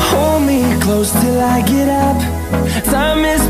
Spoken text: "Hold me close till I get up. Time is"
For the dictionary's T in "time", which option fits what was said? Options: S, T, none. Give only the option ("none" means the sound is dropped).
S